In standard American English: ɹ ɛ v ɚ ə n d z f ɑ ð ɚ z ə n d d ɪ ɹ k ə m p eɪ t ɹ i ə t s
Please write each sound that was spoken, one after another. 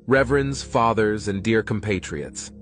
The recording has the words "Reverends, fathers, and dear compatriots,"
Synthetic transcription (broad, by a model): ɹ ɛ v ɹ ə n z f ɑ ð ɚ z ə n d d ɪ ɹ k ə m p eɪ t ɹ i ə t s